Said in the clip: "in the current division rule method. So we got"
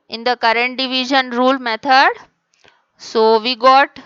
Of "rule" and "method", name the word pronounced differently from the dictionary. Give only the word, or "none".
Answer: method